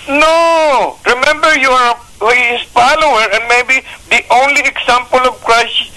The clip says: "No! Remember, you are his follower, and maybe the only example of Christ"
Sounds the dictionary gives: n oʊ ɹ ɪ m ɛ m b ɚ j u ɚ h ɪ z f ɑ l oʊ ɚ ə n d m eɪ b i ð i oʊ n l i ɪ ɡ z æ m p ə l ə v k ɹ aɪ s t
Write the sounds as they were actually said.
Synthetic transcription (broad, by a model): n oʊ ɹ ɪ m ɛ m b ɚ j u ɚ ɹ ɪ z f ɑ l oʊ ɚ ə n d m eɪ b i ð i oʊ n l i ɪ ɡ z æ m p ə l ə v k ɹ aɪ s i